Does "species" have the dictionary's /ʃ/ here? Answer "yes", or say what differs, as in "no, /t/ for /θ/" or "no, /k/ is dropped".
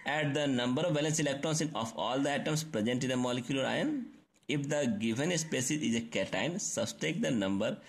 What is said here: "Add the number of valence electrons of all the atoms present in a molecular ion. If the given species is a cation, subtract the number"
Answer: no, /s/ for /ʃ/